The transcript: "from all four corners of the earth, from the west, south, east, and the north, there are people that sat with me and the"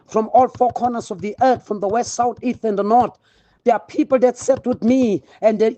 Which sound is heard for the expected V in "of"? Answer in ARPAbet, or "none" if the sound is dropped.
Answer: V